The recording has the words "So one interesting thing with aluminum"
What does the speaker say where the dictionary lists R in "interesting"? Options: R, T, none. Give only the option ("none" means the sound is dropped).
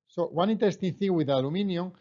none